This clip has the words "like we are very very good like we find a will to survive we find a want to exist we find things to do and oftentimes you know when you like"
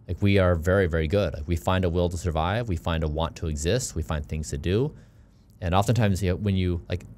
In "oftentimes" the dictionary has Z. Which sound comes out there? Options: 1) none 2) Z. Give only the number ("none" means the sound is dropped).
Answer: 2